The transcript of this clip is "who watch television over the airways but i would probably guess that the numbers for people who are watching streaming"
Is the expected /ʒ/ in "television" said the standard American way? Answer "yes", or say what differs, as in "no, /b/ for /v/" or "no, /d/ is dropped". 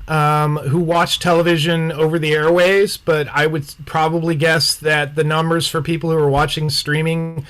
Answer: yes